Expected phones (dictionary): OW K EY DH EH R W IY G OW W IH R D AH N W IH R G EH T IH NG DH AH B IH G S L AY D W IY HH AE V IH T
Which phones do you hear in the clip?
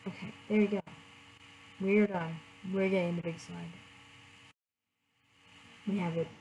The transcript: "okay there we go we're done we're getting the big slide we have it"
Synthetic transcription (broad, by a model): OW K EY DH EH R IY G OW W IH R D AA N W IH R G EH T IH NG DH AH B IH G S AY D W IY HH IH V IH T